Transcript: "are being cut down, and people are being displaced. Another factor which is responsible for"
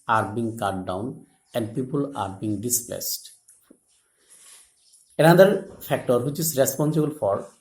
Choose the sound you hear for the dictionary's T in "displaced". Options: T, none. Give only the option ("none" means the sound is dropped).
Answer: T